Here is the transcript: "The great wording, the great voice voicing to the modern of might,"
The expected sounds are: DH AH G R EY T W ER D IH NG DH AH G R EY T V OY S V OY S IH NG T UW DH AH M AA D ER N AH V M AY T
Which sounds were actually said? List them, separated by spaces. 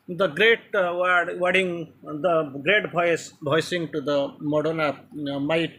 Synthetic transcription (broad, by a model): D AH G R EY T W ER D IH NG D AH G R EY T B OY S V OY S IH NG T UW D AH M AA D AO N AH M AY T